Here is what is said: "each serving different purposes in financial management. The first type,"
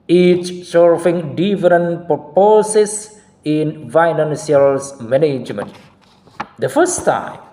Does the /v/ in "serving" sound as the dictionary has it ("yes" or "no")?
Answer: no